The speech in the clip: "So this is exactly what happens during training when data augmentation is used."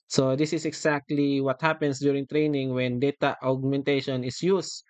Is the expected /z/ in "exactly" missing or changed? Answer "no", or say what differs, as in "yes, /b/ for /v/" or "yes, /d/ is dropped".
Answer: yes, /s/ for /z/